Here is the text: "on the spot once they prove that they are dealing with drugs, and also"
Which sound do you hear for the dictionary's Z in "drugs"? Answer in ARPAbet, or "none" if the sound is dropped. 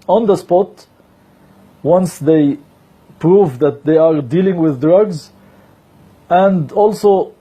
Z